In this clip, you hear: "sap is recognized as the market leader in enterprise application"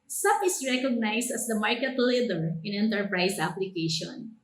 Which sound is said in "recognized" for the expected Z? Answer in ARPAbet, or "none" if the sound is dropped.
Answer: S